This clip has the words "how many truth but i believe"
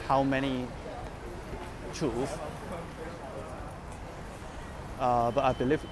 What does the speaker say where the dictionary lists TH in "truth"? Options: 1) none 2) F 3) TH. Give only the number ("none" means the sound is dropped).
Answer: 2